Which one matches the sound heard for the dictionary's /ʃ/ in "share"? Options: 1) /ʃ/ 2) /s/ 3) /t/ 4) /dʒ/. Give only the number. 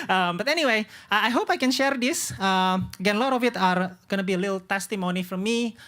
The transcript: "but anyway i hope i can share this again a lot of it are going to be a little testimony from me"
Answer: 1